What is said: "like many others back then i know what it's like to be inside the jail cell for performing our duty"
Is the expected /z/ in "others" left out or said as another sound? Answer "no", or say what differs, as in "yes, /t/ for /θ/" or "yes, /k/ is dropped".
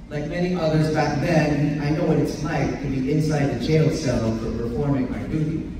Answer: no